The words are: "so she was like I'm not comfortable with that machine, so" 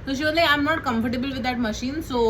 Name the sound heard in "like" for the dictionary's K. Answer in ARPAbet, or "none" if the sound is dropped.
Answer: none